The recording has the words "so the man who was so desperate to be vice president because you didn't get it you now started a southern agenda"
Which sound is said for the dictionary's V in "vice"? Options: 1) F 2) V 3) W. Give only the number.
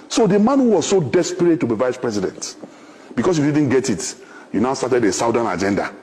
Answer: 2